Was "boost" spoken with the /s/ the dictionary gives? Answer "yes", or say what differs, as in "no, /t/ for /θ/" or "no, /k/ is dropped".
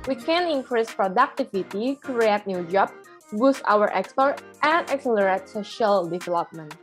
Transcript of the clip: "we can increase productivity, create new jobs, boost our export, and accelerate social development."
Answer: yes